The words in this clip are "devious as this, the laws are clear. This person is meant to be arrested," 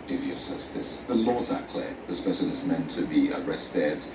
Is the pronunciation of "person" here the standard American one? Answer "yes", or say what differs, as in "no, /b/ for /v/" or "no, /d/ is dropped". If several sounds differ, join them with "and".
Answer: no, /ʃ/ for /s/ and /l/ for /n/